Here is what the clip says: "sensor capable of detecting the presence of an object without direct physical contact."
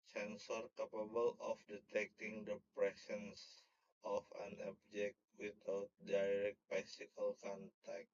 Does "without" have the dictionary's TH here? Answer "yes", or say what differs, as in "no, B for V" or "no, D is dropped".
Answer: no, T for TH